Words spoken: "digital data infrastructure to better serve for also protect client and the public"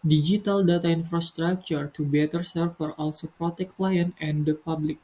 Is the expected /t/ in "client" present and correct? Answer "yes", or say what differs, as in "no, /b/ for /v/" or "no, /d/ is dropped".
no, /t/ is dropped